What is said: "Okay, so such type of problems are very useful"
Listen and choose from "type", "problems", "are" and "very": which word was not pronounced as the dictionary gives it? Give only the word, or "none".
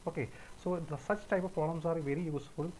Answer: problems